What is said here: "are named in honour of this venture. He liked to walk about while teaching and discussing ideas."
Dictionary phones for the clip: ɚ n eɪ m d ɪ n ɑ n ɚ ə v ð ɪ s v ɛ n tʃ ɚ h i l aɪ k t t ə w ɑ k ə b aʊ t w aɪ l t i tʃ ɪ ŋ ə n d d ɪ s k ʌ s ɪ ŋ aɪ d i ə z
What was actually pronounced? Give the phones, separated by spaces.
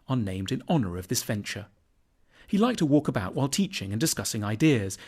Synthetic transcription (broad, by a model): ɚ n eɪ m d ɪ n ɑ n ɚ ə v ð ɪ s v ɛ n tʃ ɚ h i l aɪ k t t ə w ɑ k ə b aʊ t w aɪ l t i tʃ ɪ ŋ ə n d d ɪ s k ʌ s ɪ ŋ aɪ d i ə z